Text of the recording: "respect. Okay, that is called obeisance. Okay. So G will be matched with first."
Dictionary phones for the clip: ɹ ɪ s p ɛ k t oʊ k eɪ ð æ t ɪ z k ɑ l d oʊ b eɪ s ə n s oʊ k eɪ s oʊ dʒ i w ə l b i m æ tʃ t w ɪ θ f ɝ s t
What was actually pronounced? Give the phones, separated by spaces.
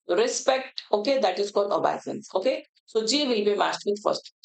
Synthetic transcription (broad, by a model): ɹ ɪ s p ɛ k t oʊ k eɪ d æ t ɪ z k ɑ l d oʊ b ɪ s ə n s oʊ k eɪ s oʊ dʒ i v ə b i m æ s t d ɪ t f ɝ s t